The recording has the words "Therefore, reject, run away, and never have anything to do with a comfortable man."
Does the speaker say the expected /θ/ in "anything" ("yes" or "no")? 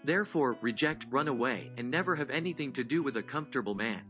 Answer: yes